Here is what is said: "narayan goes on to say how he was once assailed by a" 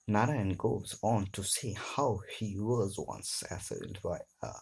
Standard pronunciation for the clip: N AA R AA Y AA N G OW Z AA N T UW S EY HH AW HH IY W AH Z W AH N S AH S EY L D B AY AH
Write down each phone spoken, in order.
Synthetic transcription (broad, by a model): N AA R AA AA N G OW Z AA N T UW S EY HH AW HH IY W AH Z W AH N S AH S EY D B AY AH